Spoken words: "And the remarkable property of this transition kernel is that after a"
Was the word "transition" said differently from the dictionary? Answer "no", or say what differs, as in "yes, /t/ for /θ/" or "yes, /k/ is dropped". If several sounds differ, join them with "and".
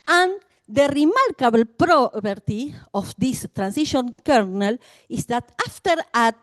yes, /s/ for /z/